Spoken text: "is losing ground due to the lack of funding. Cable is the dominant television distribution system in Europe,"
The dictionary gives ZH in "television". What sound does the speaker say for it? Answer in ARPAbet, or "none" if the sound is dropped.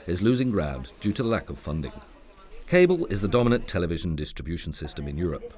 ZH